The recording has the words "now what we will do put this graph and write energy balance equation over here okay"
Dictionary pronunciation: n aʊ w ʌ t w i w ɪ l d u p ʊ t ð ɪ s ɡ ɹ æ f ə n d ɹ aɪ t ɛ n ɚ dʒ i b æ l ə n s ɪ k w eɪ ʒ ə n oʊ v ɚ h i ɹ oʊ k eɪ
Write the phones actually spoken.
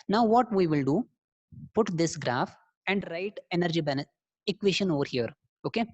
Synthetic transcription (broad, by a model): n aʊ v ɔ t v i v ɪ l d u p ʊ t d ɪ s ɡ ɹ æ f ə n d ɹ aɪ t ɛ n ɚ dʒ i b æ n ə s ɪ k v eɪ ʃ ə n oʊ v ɚ h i ɹ oʊ k eɪ